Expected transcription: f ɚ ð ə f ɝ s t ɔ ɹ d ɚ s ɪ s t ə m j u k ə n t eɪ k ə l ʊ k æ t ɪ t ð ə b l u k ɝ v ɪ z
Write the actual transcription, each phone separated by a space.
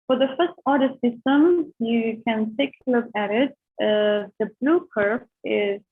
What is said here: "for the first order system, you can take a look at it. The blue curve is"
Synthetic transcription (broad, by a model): f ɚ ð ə f ɝ s t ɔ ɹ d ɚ s ɪ s t ə m j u k ə n t eɪ k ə l ʊ k æ t ɪ t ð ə b l u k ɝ f ɪ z